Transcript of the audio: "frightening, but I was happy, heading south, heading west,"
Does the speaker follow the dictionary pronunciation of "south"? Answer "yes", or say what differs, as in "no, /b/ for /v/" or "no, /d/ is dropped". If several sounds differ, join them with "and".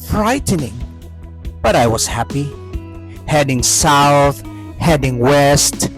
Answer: yes